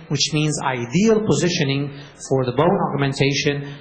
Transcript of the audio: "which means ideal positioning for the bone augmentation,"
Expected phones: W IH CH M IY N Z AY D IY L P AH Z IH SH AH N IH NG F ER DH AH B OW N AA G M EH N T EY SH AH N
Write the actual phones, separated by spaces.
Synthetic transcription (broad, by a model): W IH CH M IY N Z AY D IY L P AH Z IH SH AH N IH NG F ER DH AH B OW N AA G M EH N T EY SH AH N